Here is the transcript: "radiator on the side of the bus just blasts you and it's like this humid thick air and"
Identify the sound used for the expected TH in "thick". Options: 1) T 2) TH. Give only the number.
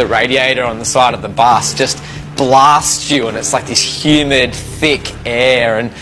2